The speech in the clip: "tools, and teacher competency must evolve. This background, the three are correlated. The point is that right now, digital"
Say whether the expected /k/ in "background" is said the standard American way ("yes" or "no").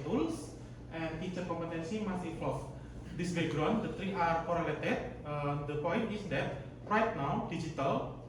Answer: no